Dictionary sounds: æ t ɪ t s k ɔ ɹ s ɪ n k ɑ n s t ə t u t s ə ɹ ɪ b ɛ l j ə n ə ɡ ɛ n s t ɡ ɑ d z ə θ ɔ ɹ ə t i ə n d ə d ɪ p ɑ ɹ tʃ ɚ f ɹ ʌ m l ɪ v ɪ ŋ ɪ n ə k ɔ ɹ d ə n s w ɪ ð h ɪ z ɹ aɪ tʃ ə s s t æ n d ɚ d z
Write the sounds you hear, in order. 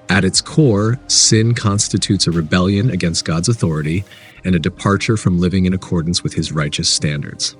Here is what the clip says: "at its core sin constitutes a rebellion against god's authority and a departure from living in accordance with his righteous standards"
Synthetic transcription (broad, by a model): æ t ɪ t s k ɔ ɹ s ɪ n k ɑ n s t ə t u t s ə ɹ ɪ b ɛ l j ə n ə ɡ ɛ n s t ɡ ɑ d z ə θ ɔ ɹ ə t i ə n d ə d ɪ p ɑ ɹ tʃ ɚ f ɹ ʌ m l ɪ v ɪ ŋ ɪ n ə k ɔ ɹ d n s w ɪ ð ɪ z ɹ aɪ tʃ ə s s t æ n d ɚ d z